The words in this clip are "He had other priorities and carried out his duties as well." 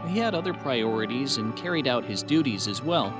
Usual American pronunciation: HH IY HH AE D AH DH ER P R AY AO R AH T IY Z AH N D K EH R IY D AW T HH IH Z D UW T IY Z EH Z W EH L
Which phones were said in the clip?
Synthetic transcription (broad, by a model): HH IY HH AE D AH DH ER P R AY AO R AH T IY Z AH N K EH R IY D AW T HH IH Z D UW T IY Z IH Z W EH L